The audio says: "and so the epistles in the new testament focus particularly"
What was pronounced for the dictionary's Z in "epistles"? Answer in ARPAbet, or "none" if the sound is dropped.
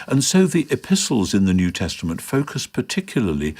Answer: Z